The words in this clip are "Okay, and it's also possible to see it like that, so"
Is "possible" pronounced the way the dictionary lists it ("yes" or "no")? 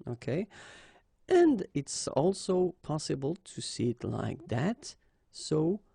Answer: yes